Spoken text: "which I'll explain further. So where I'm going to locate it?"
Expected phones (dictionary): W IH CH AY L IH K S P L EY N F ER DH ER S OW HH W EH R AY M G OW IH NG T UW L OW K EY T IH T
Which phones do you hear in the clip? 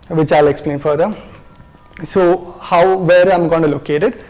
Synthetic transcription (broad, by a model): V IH CH AY L IH K S P L EY N F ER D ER S OW HH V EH R AY M G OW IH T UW L OW K EY T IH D